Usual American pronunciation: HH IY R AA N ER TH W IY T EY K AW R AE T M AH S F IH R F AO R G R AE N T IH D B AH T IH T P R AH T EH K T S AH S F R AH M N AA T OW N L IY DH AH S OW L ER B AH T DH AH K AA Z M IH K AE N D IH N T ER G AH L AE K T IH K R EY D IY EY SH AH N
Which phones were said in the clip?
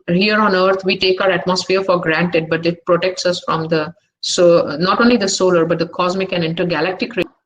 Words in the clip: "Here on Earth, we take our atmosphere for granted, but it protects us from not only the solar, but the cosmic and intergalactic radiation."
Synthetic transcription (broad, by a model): HH IY R AA N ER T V IY T EY K AW R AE T M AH S F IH R F AO R G R AE N T IH D B AH T IH T P R AH T EH K T S AH S F R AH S N AA T OW N L IY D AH S OW L ER B AH T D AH K AA Z M IH K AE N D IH N T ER G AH L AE K T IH K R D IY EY